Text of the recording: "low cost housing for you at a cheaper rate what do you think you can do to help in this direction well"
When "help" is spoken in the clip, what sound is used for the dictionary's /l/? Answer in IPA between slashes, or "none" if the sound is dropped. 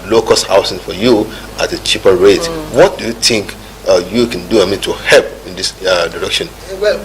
/l/